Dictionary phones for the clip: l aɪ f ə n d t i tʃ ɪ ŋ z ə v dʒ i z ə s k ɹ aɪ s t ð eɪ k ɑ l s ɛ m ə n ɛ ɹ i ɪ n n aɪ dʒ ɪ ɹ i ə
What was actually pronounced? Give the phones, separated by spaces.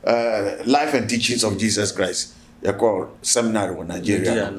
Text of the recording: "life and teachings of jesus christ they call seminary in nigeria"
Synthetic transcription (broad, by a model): l aɪ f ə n t i tʃ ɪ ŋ s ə f dʒ i s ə s k ɹ aɪ s t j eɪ k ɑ s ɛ m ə n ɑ ɹ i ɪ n n aɪ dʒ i ɹ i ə